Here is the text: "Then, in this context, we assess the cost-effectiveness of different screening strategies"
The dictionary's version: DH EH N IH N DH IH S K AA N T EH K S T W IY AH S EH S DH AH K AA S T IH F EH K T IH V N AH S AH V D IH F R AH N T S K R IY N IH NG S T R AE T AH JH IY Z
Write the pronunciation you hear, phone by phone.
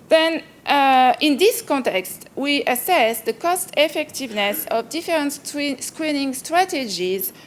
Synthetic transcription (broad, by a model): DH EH N IH N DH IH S K AA N T EH K S T W IY AH S EH S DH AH K AA S T IH F EH K T IH V N AH S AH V D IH F R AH N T S K R IY N IH NG S T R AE T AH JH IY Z